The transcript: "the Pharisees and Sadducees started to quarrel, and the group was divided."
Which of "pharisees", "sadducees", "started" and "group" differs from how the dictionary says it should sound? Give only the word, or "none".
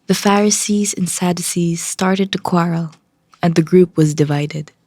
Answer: none